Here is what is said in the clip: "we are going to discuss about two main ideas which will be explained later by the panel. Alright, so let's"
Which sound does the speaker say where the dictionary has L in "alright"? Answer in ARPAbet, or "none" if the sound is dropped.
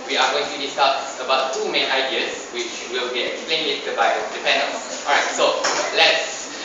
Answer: none